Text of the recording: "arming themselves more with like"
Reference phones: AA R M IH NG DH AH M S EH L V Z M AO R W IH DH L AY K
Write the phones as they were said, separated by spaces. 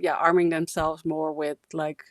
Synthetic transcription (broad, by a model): AA R M IH NG DH AH M S EH L V Z M AO R W IH DH L AY K